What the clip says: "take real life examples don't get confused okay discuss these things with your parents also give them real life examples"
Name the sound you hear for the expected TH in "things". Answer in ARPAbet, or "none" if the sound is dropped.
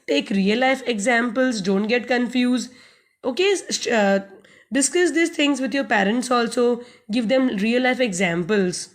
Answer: T